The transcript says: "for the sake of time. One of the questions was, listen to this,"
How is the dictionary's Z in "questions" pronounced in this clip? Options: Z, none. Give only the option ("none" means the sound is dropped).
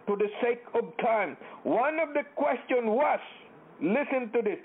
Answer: none